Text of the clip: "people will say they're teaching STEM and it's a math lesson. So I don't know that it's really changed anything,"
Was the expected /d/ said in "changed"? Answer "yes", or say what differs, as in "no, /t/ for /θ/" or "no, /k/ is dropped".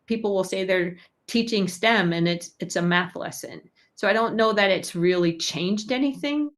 yes